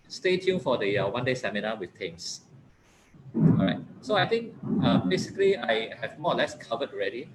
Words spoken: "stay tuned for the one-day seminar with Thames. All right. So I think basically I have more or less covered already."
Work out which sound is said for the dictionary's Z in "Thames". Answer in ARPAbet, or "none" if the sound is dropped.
S